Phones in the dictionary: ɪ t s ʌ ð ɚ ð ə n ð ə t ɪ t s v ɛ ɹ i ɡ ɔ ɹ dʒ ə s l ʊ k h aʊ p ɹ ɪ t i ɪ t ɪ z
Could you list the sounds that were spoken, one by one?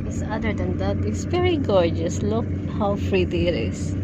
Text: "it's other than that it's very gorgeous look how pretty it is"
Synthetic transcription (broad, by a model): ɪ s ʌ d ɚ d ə n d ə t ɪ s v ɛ ɹ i ɡ ɔ ɹ dʒ ə s l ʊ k h aʊ f ɹ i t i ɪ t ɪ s